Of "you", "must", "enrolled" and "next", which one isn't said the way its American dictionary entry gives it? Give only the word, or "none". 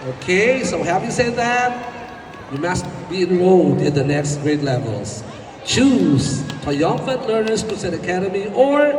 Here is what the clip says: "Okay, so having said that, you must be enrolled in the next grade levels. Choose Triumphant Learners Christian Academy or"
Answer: enrolled